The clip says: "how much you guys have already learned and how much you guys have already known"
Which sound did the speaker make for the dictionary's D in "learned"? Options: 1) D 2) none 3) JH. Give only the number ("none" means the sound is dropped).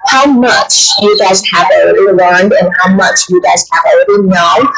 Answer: 1